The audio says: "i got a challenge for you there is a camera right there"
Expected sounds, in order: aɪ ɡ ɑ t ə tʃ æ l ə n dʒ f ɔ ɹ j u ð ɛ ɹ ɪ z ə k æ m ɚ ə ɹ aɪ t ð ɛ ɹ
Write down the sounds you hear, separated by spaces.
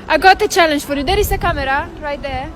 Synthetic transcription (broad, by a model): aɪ ɡ ɑ t ə tʃ æ l ə n dʒ f ɔ ɹ j u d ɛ ɹ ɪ s ə k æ m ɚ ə ɹ aɪ t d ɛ